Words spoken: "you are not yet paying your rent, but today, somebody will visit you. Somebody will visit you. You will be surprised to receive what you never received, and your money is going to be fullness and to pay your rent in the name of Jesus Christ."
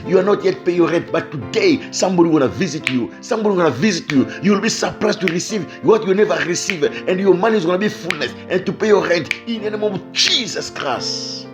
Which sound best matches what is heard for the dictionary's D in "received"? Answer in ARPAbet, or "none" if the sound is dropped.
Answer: none